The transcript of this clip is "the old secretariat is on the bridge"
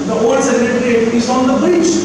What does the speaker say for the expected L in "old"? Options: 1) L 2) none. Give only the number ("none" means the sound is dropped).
2